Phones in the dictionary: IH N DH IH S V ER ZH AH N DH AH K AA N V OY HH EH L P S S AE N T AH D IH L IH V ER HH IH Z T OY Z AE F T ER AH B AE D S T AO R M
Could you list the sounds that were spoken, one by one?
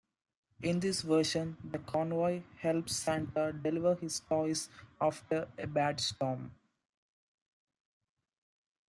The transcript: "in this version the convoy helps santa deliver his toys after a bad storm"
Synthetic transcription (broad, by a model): IH N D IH S V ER SH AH N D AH K AA N V OY HH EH L P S S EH N T AH D IH L IH V ER HH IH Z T OY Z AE F T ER AH B AE D S T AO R M